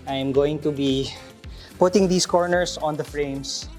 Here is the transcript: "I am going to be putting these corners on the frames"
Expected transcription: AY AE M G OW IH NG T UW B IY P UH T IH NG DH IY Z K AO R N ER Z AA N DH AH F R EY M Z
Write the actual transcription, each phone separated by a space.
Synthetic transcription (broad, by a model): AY M G OW IH NG T UW B IY P UH T IH NG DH IY S K AO R N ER S AA N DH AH F R EY M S